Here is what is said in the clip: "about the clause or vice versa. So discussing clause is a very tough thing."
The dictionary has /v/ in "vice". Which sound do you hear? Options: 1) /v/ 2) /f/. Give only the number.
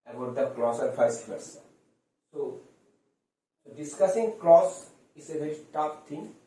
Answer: 2